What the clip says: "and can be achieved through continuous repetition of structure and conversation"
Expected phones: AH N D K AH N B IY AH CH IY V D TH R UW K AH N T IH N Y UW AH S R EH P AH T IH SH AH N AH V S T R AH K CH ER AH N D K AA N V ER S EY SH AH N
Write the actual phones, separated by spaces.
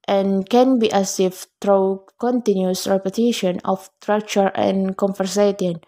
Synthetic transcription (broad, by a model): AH N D K AH N B IY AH S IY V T R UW K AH N T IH N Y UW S R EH P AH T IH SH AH N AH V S T R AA K CH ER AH N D K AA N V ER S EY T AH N